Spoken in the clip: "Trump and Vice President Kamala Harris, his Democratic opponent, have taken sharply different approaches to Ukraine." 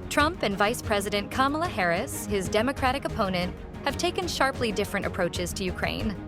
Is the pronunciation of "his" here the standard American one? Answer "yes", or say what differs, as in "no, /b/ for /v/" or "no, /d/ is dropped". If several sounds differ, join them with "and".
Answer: yes